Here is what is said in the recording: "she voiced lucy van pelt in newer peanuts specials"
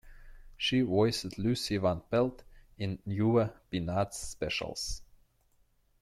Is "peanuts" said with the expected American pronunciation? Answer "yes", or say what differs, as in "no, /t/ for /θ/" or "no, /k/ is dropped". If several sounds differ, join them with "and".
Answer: no, /b/ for /p/